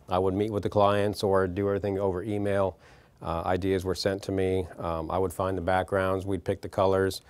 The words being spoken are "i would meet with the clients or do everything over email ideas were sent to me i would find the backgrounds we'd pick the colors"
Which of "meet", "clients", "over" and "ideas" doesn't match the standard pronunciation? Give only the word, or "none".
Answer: none